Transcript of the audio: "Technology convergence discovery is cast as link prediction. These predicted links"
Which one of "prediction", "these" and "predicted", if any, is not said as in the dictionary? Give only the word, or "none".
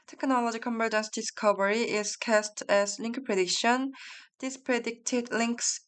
these